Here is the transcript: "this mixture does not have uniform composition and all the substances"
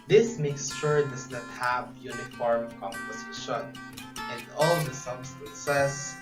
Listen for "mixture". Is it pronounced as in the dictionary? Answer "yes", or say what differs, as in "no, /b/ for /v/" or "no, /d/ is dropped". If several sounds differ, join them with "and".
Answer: no, /ʃ/ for /tʃ/